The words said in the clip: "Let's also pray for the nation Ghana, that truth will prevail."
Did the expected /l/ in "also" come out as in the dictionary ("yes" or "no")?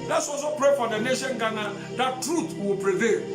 no